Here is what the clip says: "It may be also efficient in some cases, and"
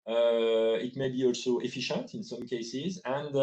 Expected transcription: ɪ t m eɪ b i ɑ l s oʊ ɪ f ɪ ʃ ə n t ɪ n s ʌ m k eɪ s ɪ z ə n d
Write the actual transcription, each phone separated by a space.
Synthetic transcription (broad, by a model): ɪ t m eɪ b i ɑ l s oʊ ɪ f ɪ ʃ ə n t ɪ n s ʌ m k eɪ s ɪ z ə n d